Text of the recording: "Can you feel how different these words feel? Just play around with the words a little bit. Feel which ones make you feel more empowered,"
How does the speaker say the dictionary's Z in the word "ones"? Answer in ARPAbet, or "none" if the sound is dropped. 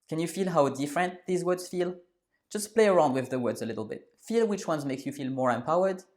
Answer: Z